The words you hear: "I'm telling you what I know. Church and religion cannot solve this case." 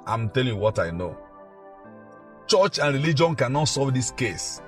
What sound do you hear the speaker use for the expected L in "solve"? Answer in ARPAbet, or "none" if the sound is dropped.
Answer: none